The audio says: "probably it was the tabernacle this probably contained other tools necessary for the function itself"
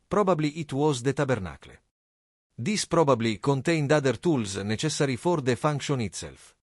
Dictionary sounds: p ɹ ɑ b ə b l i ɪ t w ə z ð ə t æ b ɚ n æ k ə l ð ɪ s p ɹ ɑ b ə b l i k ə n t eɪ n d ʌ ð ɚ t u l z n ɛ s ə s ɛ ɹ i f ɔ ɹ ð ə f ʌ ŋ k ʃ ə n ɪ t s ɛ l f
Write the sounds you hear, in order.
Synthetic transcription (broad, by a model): p ɹ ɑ b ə b l i ɪ t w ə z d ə t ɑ b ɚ n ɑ k l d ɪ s p ɹ ɑ b ə b l i k ə n t eɪ n d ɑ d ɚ t u l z n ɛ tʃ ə s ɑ ɹ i f ɔ ɹ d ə f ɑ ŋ k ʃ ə n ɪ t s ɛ l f